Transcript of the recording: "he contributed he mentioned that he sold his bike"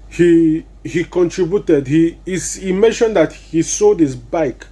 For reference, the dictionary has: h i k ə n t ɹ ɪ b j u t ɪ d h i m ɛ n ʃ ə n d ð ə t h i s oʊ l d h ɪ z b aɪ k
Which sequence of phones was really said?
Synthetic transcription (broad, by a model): h i k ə n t ɹ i b j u t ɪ d h i m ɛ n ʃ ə n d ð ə t h i s oʊ d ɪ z b aɪ k